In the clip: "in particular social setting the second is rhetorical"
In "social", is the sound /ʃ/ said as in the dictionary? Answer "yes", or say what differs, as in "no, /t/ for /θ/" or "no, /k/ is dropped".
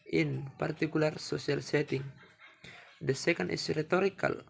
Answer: no, /s/ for /ʃ/